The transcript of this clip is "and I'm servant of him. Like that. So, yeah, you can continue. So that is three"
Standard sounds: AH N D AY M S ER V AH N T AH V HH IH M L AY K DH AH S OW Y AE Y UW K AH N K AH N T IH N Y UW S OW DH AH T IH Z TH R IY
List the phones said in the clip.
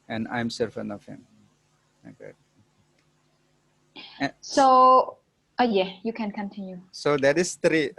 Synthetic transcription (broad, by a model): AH N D AY M S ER F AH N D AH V HH IH M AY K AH S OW Y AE Y UW K AH N K AH N T IH N Y UW S OW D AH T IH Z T R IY